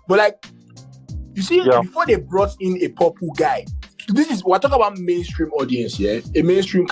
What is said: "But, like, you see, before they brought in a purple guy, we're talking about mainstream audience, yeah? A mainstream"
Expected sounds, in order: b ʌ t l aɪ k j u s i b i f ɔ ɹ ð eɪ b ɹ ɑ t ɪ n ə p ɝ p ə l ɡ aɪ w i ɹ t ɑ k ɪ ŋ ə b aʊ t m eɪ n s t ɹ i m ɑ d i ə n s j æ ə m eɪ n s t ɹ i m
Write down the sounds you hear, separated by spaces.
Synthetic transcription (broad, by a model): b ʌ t l aɪ k j u s i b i f ɔ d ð eɪ b ɹ ɑ t ɪ n ə p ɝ p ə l ɡ aɪ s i w t ɑ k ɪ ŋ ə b aʊ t m eɪ n s t ɹ i m ɑ d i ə n s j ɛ ə m eɪ n s t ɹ i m